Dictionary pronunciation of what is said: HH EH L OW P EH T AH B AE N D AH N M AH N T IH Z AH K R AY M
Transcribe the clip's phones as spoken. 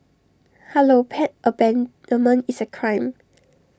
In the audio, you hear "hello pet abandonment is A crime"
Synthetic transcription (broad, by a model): HH EH L OW P EH T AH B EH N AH M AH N IH S AH K R AY M